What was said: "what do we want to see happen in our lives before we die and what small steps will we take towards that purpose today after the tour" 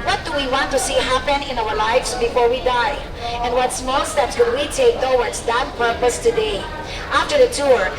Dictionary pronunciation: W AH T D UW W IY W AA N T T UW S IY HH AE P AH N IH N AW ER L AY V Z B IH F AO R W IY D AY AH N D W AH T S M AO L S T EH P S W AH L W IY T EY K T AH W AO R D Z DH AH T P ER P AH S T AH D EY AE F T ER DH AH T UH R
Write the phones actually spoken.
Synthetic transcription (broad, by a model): W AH T D UW W IY W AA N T T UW S IY HH AE P AH N IH N AW ER L AY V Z B IH F AO R W IY D AY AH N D W AH T S M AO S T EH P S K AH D W IY T EY K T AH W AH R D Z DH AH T P ER P AH S T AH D EY AE F T ER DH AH T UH R